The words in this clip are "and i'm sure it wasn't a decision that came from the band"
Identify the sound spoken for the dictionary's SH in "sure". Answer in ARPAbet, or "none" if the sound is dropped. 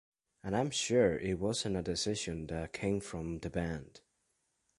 SH